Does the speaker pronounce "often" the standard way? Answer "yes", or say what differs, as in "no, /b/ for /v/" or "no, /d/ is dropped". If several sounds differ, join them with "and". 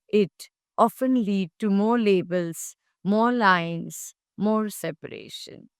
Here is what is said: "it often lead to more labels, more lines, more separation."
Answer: yes